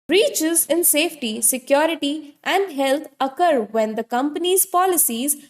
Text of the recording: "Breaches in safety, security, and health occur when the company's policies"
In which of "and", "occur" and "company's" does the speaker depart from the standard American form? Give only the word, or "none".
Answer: none